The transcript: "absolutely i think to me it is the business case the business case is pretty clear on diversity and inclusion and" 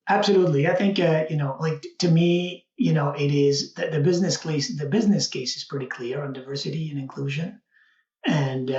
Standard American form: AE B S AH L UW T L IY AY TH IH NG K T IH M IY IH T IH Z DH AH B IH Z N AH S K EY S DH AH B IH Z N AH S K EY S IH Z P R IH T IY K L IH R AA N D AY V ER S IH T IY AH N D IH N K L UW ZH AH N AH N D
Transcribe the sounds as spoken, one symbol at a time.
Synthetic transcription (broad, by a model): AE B S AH L UW T L IY AY TH IH NG K T IH M IY IH T IH Z DH AH B IH Z N AH S K EY S DH AH B IH Z N AH S K EY S IH Z P R IH T IY K L IH R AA N D AY V ER S IH T IY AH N IH N K L UW ZH AH N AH N